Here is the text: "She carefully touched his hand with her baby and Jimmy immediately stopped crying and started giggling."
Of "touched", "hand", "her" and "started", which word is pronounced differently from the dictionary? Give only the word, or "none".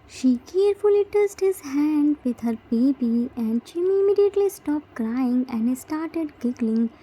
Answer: touched